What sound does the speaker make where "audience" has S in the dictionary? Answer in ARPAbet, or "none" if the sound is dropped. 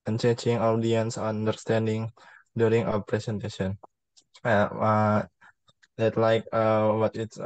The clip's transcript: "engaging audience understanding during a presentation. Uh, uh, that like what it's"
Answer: S